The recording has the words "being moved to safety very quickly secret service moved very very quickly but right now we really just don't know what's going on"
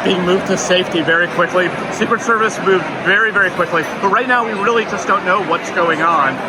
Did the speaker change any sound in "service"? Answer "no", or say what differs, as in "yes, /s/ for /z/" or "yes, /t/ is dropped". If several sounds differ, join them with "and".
no